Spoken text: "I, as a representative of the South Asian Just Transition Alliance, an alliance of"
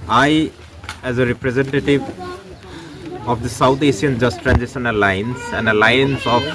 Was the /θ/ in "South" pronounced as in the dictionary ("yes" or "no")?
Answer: no